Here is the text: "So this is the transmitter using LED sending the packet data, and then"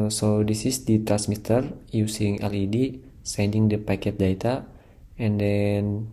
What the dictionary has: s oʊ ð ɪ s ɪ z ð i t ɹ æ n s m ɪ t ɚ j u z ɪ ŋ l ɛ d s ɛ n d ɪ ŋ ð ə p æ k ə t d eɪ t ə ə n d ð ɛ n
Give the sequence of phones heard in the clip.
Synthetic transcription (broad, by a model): s oʊ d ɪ s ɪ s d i t ɹ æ n s m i t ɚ j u s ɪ ŋ l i d s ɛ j d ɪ ŋ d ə p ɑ k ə t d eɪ t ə ə n d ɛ n